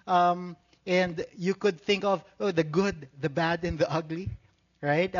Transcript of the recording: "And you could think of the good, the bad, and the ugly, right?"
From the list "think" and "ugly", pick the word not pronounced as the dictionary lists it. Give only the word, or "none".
none